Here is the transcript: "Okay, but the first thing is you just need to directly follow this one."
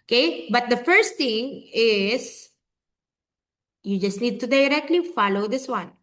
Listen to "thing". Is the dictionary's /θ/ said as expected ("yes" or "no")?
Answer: no